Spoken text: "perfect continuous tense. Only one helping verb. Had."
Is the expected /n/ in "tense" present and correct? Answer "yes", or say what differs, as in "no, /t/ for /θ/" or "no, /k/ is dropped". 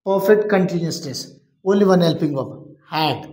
no, /n/ is dropped